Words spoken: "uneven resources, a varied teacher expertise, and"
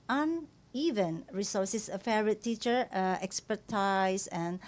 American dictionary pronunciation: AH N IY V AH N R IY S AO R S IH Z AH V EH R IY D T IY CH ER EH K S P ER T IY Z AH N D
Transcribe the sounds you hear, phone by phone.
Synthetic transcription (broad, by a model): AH N IY V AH N R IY S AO S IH S AH F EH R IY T T IY CH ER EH K S P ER T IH S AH N